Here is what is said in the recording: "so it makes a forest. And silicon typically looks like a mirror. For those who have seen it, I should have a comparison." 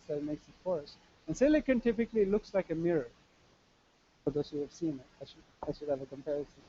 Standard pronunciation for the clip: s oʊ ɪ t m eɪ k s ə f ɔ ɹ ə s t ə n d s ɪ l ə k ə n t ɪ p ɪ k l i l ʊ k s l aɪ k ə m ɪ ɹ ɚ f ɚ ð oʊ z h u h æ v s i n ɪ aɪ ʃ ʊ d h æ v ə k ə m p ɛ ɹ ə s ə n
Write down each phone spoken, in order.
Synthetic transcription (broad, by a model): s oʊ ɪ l m eɪ k s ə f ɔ ɹ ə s ə n s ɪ l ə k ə n t ɪ p ɪ k l i l ʊ k s l aɪ k ə m ɪ ɹ ɚ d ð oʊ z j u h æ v s i n ɪ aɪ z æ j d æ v ə k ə m p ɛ ɹ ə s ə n